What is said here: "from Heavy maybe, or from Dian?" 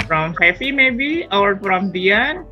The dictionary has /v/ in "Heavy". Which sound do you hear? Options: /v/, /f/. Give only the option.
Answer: /f/